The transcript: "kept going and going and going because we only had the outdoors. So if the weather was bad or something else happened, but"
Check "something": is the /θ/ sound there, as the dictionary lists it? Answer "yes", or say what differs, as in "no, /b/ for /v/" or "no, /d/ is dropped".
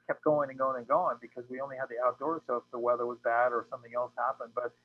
yes